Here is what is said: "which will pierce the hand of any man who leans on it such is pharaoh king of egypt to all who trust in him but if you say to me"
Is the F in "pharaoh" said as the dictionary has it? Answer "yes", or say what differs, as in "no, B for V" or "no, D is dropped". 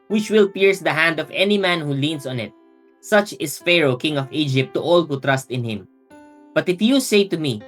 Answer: yes